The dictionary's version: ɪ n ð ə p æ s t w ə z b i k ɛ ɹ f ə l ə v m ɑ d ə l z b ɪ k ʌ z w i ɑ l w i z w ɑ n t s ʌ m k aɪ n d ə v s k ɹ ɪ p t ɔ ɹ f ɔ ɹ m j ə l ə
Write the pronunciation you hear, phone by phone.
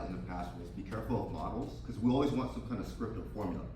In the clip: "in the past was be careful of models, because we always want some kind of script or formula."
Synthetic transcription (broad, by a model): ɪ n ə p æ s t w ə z b i k ɛ ɹ f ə l ə v m ɑ d l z k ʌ z w i ɑ l w i z w ɑ n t s ʌ m k aɪ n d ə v s k ɹ ɪ p t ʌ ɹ f ɔ ɹ m j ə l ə